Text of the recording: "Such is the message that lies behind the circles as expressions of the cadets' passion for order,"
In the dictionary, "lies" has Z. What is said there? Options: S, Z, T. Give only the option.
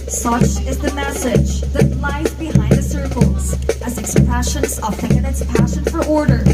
Z